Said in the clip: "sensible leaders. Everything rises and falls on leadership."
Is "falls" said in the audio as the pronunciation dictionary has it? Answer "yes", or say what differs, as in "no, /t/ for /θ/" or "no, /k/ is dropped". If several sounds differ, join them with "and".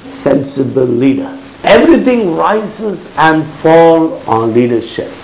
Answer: no, /z/ is dropped